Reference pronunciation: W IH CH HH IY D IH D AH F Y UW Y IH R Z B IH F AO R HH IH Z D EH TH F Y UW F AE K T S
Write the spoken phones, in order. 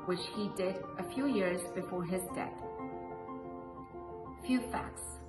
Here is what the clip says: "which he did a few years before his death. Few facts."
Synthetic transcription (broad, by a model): W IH CH HH IY D IH D AH F Y UW Y IH R Z B IH F AO R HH IH Z D EH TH F Y UW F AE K T S